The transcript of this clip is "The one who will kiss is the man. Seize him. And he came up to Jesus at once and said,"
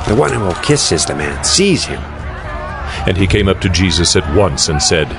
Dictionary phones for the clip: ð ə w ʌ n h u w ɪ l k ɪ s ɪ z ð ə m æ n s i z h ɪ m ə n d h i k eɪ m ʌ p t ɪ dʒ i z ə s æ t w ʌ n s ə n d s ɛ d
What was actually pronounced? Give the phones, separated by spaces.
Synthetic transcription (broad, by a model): ð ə w ʌ n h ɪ w ɪ l k ɪ s ɪ z ð ə m æ n s i z h ɪ m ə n i k eɪ m ʌ p t ɪ dʒ i z ə s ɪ t w ʌ n s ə n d s ɛ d